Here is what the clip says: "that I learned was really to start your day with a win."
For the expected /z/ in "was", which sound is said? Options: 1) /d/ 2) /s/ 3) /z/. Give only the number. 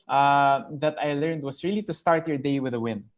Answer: 2